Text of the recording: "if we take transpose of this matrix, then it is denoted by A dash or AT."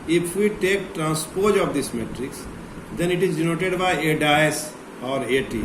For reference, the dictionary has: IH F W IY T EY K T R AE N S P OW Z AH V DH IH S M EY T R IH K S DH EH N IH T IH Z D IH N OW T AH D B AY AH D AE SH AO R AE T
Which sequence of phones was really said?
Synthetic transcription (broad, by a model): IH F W IY T EY K T R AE N S P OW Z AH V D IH S M EY T R IH K S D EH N IH T IH Z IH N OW T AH D B AY AH D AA S AO R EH T